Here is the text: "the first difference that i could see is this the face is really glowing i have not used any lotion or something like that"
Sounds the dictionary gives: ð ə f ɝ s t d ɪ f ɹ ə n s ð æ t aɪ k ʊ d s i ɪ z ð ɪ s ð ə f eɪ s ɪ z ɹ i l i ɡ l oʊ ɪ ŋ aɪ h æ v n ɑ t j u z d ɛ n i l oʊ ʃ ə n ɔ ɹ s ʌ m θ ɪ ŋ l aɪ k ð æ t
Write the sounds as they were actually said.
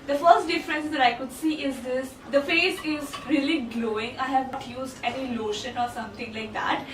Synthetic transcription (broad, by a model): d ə f ɝ s t d ɪ f ɹ ə n s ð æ t aɪ k ʊ d s i ɪ z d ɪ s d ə f eɪ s ɪ z ɹ i l i ɡ l oʊ ɪ ŋ aɪ h æ v n ɑ t j u z d ɛ n i l oʊ ʃ ə n ɔ ɹ s ʌ m t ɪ ŋ l aɪ k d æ t